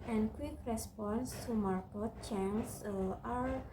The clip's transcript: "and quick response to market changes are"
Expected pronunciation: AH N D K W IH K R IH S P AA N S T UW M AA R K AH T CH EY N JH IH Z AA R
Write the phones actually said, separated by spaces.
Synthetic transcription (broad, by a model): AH N K W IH K R IH S P AA N S T UW M AA R K AH T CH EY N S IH AA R